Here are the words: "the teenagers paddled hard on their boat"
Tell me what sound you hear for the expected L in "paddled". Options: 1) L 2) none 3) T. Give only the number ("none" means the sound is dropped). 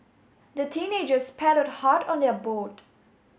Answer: 2